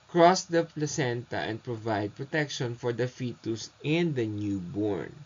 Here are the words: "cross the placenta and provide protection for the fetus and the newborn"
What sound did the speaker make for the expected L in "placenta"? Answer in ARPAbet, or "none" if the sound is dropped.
L